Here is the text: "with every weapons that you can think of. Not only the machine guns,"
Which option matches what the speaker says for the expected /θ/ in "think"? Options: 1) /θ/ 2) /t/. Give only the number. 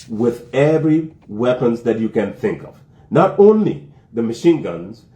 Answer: 1